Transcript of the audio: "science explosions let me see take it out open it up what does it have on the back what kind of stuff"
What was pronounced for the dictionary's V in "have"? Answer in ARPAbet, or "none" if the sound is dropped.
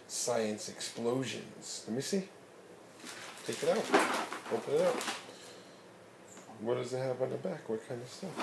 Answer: P